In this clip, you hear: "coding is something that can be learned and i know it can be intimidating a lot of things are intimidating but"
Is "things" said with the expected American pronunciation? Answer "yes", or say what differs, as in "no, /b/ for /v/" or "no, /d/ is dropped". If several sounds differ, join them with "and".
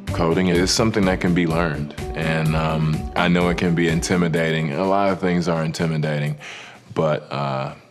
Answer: yes